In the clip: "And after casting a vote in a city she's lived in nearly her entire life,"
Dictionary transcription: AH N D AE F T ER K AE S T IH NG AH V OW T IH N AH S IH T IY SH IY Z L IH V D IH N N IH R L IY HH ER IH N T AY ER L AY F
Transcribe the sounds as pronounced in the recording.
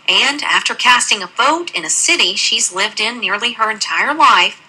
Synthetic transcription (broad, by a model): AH N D AE F T ER K AE S T IH NG AH V OW T IH N AH S IH T IY SH IY Z L IH V D IH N N IH R L IY ER IH N T AY ER L AY F